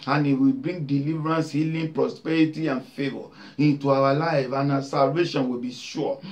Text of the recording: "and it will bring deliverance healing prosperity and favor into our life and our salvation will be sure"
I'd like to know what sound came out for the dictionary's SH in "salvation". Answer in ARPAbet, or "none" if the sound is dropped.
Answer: SH